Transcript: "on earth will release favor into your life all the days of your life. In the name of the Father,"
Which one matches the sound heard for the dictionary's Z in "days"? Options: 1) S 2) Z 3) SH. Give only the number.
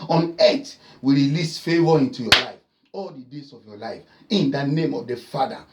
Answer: 1